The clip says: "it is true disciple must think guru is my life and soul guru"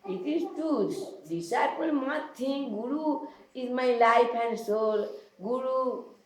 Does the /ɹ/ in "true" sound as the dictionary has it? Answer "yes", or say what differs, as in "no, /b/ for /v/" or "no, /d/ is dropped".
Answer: no, /ɹ/ is dropped